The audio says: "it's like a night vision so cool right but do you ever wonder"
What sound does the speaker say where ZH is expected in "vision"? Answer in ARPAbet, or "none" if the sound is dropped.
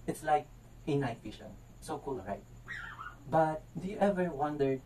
SH